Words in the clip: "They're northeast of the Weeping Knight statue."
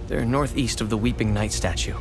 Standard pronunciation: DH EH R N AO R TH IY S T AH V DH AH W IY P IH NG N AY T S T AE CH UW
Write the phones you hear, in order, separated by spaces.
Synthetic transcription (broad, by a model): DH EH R N AO R TH IY S T AH V DH AH W IY P IH NG N AY T S T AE CH UW